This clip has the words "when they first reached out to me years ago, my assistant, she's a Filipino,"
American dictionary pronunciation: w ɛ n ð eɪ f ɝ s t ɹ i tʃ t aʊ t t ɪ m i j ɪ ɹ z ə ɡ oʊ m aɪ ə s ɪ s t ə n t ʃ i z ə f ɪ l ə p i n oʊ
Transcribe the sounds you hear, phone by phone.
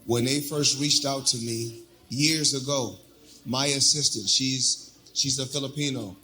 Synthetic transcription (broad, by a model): w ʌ n ð eɪ f ɝ s t ɹ i tʃ t aʊ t t ɪ m i j ɪ ɹ z ə ɡ oʊ m aɪ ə s ɪ s t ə n t ʃ i z ə f ɪ l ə p i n oʊ